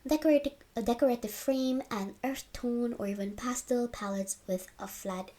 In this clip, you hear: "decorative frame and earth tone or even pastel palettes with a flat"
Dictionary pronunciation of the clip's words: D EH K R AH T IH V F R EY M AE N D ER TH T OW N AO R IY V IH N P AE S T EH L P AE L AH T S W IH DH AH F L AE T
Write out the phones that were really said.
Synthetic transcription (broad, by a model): D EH K R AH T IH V F R EY M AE N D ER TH T OW N AO R IY V IH N P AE S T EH L P AE L AH T S W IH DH AH F L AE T